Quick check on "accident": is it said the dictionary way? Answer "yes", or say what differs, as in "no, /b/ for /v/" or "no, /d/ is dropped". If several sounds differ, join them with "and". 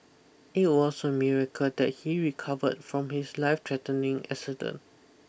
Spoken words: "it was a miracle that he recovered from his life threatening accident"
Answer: no, /t/ is dropped